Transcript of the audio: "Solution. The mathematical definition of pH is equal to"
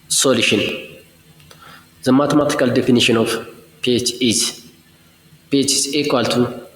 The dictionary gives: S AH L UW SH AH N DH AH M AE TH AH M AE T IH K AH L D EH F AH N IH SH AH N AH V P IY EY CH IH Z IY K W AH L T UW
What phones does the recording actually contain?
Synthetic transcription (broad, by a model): S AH L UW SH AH N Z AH M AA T M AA T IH K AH L D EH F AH N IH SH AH N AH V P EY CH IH S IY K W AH L T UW